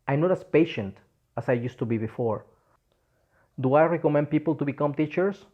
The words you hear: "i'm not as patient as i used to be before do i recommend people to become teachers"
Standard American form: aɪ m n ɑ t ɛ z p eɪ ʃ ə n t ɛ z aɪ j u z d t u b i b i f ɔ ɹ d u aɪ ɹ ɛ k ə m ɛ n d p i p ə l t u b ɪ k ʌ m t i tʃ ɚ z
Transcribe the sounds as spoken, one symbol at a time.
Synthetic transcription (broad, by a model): aɪ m n ɑ t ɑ s p eɪ ʃ ə n t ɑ s aɪ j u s t u b i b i f ɔ ɹ d u aɪ ɹ ɛ k ə m ɛ n d p i p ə l t u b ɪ k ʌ m t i tʃ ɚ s